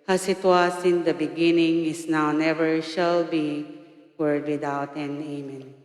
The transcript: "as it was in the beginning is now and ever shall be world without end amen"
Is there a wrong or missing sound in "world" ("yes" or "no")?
yes